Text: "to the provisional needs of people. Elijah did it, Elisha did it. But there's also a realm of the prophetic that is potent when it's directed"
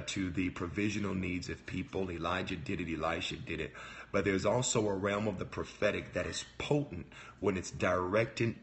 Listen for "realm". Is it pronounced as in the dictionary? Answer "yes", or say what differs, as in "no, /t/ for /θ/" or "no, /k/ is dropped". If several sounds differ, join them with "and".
yes